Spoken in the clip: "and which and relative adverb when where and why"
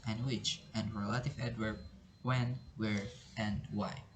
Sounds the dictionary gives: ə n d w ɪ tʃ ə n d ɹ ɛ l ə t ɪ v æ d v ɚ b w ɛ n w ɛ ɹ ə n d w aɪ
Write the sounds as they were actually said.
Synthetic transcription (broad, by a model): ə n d w ɪ tʃ ə n d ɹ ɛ l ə t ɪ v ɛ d w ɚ w ɛ n w ɛ ɹ ə n d w aɪ